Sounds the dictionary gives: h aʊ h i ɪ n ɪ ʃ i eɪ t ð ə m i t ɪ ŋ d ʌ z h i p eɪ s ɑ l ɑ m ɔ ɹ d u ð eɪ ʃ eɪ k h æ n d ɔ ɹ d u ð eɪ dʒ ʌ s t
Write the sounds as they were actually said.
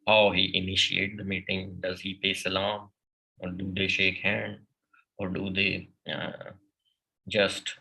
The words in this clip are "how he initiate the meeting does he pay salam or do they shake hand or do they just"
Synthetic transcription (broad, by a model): h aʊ h i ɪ n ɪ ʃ i eɪ t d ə m i t ɪ ŋ d ʌ z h i p eɪ s ɑ l ɑ m ɔ ɹ d u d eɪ ʃ eɪ k h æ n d ɔ ɹ d u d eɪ dʒ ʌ s t